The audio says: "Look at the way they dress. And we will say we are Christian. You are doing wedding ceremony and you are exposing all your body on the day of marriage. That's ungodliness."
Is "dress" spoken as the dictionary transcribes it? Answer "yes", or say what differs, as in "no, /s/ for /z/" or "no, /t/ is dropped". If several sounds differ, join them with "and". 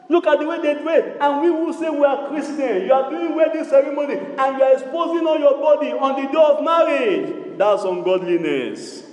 no, /s/ is dropped